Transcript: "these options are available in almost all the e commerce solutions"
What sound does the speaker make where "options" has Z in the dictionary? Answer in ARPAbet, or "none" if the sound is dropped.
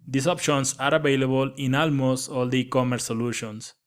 S